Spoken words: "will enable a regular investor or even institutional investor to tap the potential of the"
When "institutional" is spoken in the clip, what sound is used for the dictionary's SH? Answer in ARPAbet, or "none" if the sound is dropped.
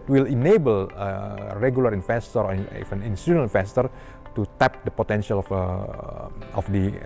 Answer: none